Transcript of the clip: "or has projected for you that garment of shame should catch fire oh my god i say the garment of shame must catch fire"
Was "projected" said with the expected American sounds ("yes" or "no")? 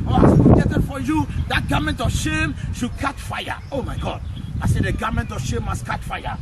no